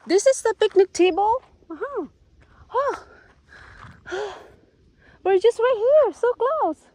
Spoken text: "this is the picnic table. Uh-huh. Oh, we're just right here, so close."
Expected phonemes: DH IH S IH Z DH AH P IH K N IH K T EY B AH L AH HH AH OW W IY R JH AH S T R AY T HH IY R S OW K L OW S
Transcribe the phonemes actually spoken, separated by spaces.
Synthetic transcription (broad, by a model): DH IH S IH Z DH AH P IH K N IH K T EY B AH L AH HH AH OW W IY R JH AH S T W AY HH IY R S OW K L OW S